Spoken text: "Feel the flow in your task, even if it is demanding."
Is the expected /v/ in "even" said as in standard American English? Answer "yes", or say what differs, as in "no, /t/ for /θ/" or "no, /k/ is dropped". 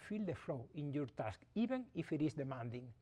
no, /b/ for /v/